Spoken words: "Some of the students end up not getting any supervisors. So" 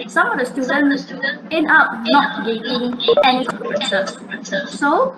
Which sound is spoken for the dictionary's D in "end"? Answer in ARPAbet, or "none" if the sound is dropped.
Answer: none